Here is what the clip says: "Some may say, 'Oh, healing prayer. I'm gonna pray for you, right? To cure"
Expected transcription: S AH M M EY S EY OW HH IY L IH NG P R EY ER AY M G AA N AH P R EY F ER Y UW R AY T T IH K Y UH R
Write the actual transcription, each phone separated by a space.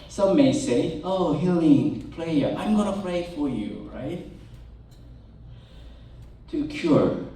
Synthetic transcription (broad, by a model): S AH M M EY S EY OW HH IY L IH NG P L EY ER AY M G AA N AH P L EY F ER Y UW R AY T T IH K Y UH R